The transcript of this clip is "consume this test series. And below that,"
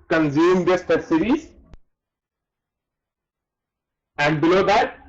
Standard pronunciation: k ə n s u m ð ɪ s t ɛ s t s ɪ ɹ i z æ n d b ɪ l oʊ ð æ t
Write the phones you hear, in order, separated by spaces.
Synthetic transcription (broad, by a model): k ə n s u m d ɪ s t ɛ t s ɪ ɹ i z æ n d b ɪ l oʊ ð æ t